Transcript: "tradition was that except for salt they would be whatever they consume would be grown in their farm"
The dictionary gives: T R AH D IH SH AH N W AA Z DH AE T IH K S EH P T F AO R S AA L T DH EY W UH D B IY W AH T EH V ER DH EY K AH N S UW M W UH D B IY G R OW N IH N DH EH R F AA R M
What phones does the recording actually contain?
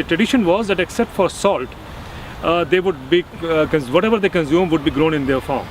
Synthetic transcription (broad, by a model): T R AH D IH SH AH N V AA Z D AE T IH K S EH P T F AO R S AA L T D EY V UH D B IY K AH T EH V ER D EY K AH N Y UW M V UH D B IY G R OW N IH N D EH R F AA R M